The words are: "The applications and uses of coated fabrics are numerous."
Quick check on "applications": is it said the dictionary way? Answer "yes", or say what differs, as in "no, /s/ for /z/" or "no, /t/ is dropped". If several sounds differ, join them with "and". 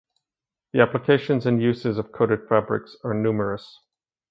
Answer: yes